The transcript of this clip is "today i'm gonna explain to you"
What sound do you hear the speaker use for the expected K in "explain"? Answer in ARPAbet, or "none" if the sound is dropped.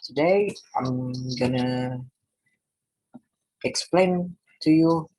K